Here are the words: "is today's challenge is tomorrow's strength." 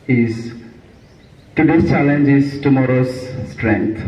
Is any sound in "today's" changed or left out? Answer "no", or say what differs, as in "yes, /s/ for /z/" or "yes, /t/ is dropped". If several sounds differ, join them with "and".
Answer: yes, /z/ is dropped